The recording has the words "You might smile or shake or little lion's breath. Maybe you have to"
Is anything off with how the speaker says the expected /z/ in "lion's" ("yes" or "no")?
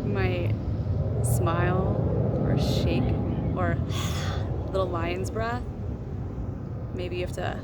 no